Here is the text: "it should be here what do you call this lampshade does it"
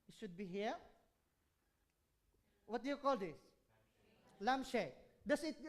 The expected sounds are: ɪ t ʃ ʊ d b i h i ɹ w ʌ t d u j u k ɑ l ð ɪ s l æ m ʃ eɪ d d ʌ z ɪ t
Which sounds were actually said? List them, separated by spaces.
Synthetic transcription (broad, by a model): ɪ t ʃ ʊ d b i h i ɹ w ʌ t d j u k ɑ l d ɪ s l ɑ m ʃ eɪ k d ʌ s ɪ t